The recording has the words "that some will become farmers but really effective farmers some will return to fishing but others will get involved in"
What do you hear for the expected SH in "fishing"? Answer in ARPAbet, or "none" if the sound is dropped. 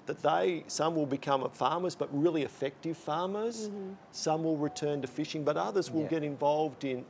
SH